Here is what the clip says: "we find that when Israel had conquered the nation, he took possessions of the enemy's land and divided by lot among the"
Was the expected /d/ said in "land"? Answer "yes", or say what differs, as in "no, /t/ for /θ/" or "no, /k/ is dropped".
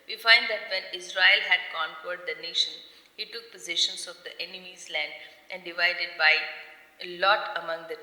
yes